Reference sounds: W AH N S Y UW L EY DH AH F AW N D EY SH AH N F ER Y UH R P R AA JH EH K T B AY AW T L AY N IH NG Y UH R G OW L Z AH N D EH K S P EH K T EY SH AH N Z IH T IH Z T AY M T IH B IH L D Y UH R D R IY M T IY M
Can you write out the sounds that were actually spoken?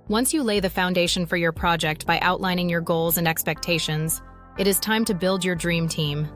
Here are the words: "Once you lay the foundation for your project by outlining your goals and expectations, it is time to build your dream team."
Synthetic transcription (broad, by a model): W AH N S Y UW L EY DH AH F AW N D EY SH AH N F ER Y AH R P R AA JH EH K T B AY AW T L AY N IH NG Y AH R G OW L Z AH N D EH K S P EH K T EY SH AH N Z IH T IH Z T AY M T IH B IH L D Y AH R D R IY M T IY M